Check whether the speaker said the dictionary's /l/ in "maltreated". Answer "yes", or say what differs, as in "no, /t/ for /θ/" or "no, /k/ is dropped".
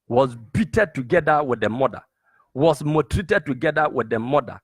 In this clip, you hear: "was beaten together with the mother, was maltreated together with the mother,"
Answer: no, /l/ is dropped